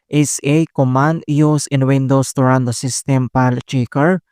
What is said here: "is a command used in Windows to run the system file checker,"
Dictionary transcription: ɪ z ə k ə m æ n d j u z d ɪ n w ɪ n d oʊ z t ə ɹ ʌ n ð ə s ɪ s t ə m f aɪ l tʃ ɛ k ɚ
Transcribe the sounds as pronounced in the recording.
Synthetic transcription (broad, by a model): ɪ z ə k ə m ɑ n d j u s ɪ n w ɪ n d oʊ s t ə ɹ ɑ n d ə s ɪ s t ə m p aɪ l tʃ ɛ k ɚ